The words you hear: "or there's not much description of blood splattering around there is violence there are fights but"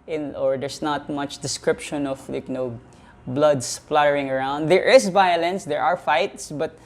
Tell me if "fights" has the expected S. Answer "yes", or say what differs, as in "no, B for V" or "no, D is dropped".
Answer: yes